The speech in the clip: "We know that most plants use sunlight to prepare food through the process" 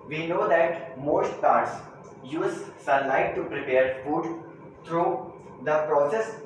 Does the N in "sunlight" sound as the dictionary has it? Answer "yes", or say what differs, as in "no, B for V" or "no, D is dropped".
no, N is dropped